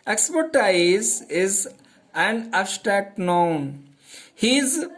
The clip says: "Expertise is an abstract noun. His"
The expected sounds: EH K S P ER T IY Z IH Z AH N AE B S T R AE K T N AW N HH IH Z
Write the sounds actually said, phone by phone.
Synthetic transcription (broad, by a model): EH K S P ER T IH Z IH Z AH N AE S T AE T N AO N HH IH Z